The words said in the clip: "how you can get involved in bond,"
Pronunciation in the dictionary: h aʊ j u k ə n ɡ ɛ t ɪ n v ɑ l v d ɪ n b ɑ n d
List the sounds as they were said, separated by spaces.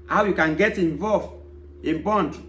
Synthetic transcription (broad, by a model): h aʊ j u k ə n ɡ ɛ t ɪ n v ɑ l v ɪ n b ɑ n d